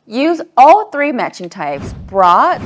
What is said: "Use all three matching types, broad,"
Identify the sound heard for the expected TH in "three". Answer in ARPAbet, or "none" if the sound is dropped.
TH